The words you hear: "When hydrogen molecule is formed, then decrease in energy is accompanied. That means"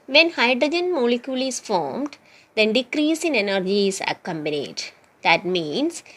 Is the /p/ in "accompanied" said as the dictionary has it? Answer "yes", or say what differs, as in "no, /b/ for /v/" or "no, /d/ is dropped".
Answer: no, /b/ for /p/